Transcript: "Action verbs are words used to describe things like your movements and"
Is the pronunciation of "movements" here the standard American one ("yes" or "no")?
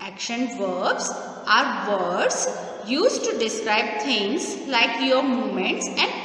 no